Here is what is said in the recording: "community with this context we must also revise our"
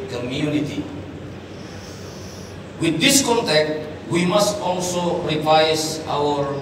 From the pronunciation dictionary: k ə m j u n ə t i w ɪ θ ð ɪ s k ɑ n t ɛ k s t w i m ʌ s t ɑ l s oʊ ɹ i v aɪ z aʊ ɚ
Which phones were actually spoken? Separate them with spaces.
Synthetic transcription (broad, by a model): k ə m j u n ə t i w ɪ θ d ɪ s k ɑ n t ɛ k t w i m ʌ s t ɑ l s oʊ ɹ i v aɪ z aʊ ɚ